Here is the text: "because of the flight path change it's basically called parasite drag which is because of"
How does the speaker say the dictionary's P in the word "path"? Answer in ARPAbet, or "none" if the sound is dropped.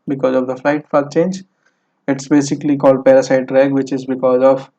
F